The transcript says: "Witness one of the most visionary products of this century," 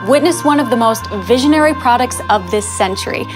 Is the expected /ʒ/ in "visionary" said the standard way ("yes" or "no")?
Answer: yes